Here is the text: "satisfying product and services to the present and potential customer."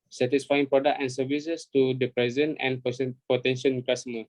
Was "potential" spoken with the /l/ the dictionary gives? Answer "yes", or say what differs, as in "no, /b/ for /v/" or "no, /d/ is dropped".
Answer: no, /n/ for /l/